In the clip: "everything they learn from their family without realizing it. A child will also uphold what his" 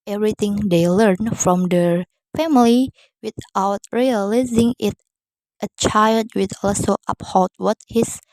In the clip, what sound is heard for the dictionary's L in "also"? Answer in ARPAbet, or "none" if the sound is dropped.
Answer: none